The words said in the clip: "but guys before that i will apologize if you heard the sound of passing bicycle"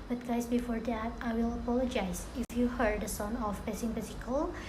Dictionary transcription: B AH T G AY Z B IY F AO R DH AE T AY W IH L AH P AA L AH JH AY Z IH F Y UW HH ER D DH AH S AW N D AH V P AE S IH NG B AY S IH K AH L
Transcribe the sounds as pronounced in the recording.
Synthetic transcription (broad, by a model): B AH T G AY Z B IY F AO R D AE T AY W IH L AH P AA L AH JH AY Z IH F Y UW HH ER D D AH S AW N AH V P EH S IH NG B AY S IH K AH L